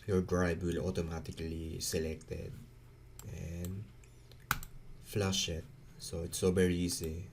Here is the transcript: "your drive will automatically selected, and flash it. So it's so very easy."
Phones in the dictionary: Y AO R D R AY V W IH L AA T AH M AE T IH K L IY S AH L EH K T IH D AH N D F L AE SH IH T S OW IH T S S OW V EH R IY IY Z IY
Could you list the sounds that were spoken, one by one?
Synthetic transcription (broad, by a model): Y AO R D R AY B W IH L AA T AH M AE T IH K L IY S AH L EH K T IH D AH N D F L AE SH IH T S OW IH T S S OW V EH R IY IY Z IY